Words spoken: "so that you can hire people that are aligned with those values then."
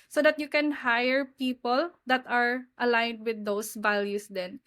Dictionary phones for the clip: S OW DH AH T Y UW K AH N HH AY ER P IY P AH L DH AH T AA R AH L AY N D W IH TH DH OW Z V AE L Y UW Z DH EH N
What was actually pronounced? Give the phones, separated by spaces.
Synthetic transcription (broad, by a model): S OW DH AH T Y UW K AH N HH AY ER P IY P AH L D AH T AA R AH L AY N D W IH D OW S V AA L Y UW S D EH N